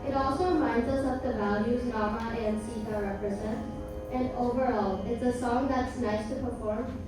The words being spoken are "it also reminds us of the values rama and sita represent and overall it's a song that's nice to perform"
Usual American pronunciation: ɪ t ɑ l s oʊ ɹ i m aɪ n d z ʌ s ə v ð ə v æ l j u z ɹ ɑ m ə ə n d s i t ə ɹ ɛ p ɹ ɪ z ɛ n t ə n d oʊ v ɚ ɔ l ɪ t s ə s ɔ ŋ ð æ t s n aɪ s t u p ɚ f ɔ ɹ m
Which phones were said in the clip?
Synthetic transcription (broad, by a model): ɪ t ɑ l s oʊ ɹ i m aɪ n d z ʌ s ə v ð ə v æ l j u z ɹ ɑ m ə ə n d s i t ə ɹ ɛ p ɹ ɪ z ɛ n t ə n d oʊ v ɚ ɔ l ɪ t s ə s ɔ ŋ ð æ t s n aɪ s t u p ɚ f ɔ ɹ m